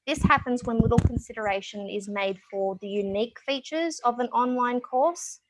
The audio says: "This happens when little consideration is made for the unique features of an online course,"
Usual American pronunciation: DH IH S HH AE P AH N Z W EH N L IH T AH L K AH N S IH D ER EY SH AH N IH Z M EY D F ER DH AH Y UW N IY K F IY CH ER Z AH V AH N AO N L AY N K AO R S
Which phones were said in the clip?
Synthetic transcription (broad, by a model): DH IH S HH AE P AH N Z W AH N W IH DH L K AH N S IH D ER EY SH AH N IH Z M EY D F ER DH AH Y UW N IY K F IY CH ER Z AH V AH N AO N L AY N K AO R S